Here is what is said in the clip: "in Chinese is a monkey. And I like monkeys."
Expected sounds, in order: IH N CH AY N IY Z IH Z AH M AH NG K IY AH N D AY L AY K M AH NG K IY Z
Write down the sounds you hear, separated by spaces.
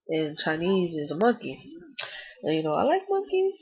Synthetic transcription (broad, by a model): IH N CH AY N IY Z IH Z AH M AH NG K IY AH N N AY L AY K M AH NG K IY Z